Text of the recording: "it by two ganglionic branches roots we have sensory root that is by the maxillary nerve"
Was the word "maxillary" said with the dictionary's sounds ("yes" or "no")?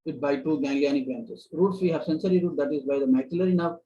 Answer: no